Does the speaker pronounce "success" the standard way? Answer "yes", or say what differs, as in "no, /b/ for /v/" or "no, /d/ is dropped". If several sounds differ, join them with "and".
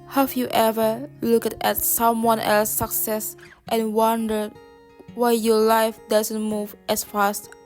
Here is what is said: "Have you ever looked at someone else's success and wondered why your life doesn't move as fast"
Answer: no, /k/ is dropped